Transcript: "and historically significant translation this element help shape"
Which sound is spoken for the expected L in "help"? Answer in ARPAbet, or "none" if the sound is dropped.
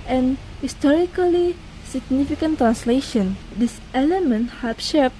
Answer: none